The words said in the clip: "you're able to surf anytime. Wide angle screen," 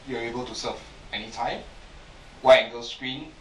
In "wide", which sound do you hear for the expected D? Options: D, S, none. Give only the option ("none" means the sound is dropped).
none